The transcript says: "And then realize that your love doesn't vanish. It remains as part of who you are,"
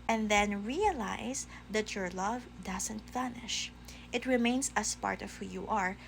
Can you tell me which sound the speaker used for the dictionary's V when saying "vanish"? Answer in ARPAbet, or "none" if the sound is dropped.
F